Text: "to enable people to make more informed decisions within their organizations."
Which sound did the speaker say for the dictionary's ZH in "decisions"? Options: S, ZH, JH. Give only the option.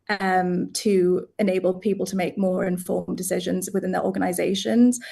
ZH